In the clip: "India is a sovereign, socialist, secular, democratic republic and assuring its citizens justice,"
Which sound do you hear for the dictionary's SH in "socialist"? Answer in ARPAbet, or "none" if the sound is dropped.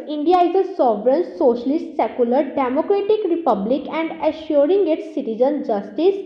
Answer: SH